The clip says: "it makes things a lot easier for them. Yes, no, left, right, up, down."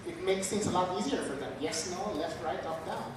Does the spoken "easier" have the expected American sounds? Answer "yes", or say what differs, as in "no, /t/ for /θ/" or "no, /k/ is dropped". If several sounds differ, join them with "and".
yes